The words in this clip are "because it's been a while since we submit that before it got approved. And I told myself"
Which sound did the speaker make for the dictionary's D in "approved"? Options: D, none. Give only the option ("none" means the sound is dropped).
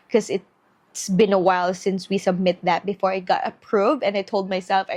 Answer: none